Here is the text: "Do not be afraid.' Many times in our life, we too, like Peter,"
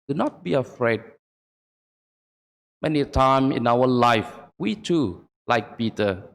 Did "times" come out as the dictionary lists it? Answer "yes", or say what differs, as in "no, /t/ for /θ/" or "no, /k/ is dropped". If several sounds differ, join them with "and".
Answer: no, /z/ is dropped